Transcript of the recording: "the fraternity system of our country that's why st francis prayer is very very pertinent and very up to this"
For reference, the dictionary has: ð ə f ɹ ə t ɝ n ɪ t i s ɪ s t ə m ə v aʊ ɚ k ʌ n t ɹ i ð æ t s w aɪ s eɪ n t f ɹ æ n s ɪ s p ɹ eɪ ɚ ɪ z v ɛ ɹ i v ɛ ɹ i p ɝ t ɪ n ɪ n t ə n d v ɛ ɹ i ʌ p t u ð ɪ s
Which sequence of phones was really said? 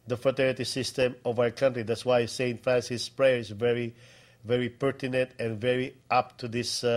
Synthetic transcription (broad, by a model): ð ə f ə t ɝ ɪ t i s ɪ s t ə m ə v aʊ ɚ k ʌ n t ɹ i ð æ t s w aɪ s eɪ n t f ɹ æ n s ɪ s p ɹ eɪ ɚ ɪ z v ɛ ɹ i v ɛ ɹ i p ɝ t ɪ n ɪ n t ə n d v ɛ ɹ i ʌ p t u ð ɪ s